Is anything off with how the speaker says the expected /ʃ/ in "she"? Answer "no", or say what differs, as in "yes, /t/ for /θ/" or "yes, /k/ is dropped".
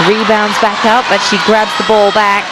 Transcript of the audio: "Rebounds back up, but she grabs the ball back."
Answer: no